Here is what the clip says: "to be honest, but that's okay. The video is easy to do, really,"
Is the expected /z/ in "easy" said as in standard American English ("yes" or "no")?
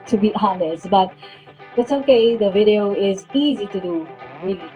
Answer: yes